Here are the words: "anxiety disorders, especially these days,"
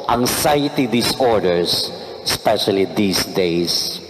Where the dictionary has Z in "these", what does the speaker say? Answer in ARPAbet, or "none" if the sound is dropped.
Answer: S